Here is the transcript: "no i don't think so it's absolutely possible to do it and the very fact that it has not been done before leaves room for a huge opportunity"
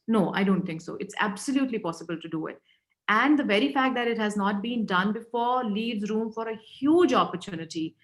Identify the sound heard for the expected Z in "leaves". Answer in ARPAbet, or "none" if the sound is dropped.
Z